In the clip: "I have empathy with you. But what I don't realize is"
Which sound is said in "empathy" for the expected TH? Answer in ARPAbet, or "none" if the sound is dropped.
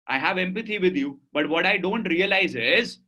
T